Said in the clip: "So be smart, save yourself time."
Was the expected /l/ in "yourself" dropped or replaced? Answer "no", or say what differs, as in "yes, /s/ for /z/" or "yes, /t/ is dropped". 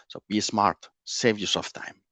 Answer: yes, /l/ is dropped